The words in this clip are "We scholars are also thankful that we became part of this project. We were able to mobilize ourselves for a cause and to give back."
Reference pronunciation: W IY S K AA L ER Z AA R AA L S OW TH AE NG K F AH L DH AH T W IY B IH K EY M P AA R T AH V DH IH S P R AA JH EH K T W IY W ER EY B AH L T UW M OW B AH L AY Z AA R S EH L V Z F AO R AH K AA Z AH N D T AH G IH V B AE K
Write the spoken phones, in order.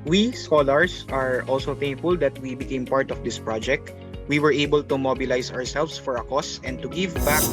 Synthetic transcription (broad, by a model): W IY S K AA L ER S AA R AA L S OW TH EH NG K F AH L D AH T W IY B IH K EY M P AA R T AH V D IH S P R AA JH EH K T W IY W ER EY B AH L T UW M OW B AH L AY S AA R S EH L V S F AO R AH K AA S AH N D T AH G IH V B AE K